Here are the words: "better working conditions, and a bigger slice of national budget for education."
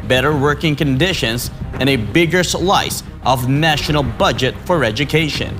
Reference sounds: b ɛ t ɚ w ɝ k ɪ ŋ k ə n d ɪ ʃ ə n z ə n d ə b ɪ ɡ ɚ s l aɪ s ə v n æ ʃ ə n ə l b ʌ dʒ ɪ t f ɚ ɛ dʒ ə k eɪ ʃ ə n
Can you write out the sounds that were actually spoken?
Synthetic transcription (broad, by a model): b ɛ t ɚ w ɝ k ɪ ŋ k ə n d ɪ ʃ ə n z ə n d ə b ɪ ɡ ɚ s l aɪ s ə v n æ ʃ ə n l b ʌ dʒ ɪ t f ɚ ɛ dʒ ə k eɪ ʃ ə n